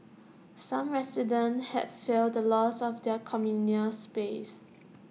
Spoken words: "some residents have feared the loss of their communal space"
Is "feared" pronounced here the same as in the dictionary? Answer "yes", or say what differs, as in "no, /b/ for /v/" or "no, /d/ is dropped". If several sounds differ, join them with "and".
no, /l/ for /ɹ/